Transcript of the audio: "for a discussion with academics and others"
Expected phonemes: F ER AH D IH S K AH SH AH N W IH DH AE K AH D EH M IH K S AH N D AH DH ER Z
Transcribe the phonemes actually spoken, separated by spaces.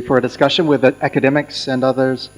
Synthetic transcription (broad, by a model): F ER AH D IH S K AH SH AH N W IH DH AE K AH D EH M IH K S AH N AH DH ER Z